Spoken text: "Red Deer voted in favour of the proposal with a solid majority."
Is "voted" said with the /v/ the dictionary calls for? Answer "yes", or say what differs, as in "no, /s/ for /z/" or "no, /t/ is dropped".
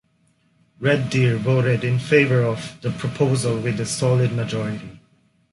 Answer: no, /b/ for /v/